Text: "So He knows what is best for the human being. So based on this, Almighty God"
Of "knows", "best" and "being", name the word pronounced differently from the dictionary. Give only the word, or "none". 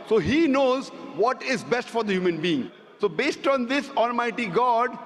none